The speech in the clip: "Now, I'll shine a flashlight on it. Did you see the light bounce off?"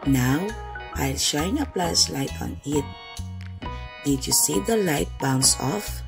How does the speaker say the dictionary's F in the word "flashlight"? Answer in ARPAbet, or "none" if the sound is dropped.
P